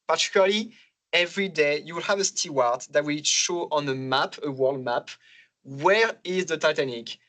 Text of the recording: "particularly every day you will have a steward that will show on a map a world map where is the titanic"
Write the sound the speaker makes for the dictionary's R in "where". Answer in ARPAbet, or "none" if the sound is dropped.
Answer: R